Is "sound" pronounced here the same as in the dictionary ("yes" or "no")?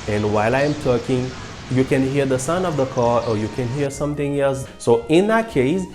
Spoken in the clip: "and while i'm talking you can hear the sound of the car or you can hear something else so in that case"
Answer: no